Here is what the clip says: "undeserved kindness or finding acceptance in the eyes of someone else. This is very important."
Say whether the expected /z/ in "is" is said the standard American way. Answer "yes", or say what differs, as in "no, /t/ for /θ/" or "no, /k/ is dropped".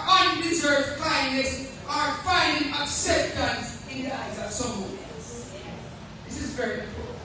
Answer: yes